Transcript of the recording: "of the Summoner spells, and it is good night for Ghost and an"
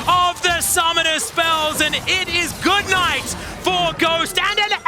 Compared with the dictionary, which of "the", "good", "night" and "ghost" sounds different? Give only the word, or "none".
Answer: none